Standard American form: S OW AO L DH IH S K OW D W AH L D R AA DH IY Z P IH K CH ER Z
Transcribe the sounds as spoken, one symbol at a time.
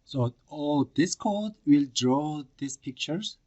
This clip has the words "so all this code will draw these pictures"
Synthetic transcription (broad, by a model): S OW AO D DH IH S K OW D W AH L D R AA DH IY S P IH K CH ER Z